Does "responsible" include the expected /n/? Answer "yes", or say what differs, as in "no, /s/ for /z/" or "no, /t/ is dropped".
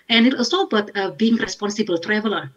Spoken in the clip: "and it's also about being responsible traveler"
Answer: yes